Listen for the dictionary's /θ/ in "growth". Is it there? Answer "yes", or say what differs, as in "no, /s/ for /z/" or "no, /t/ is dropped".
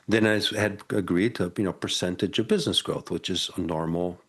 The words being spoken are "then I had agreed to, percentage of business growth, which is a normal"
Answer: yes